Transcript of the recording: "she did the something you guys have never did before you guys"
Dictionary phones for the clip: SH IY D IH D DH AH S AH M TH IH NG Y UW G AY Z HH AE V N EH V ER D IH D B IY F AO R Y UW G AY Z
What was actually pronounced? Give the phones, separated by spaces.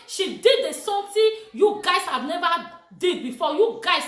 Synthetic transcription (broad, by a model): SH IY D IH D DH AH S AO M T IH Y UW G AY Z HH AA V N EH V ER D IH D B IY F AO Y UW G AY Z